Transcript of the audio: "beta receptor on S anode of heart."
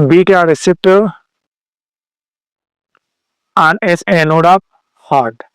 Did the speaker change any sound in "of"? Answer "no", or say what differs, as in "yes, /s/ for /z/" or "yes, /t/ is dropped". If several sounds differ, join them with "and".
yes, /p/ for /v/